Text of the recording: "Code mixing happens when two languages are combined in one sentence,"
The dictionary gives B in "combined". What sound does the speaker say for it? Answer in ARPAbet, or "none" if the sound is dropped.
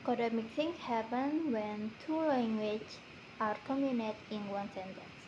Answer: none